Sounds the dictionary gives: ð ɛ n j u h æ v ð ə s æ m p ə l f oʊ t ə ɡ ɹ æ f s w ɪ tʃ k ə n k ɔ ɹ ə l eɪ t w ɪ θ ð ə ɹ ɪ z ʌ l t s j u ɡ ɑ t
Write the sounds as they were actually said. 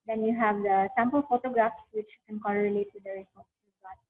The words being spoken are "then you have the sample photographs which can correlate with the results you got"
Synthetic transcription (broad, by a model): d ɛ n j u h æ v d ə s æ m p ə l f oʊ t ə ɡ ɹ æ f s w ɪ tʃ k ə n k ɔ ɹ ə l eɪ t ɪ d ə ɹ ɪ s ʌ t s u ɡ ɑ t